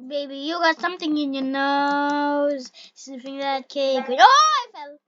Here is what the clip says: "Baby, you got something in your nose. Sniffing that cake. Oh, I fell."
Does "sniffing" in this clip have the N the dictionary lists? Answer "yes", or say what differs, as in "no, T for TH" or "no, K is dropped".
no, N is dropped